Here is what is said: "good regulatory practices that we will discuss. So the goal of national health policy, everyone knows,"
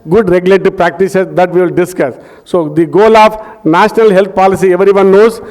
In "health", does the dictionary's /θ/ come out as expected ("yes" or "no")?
no